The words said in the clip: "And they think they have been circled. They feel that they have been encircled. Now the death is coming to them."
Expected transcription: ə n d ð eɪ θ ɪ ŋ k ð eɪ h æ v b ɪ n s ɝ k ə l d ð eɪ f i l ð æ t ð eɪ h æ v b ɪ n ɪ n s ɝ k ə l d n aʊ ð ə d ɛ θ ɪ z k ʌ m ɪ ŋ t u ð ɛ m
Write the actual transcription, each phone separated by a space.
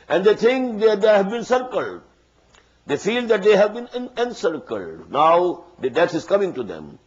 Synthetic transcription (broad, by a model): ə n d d eɪ t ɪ ŋ k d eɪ h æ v b ɪ n s ɝ k ə l d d eɪ f i l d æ t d eɪ h æ v b ɪ n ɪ n s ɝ k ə l d n aʊ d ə d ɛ t ɪ z k ʌ m ɪ ŋ t u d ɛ m